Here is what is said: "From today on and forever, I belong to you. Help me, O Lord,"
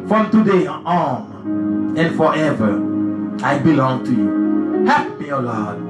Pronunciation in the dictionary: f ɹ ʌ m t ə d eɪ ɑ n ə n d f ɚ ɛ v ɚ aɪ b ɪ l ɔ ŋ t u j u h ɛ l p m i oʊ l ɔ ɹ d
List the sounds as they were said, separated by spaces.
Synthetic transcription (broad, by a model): f ɹ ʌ m t ə d eɪ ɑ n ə n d f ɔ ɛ v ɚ aɪ b ɪ l ɔ ŋ t u j u h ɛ p m i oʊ l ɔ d